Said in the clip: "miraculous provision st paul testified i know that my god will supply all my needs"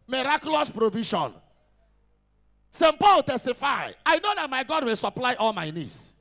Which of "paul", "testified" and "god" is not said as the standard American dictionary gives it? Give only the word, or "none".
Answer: testified